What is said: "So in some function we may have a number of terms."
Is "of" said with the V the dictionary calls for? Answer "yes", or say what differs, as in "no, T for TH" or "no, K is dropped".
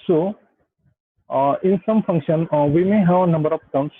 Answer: no, P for V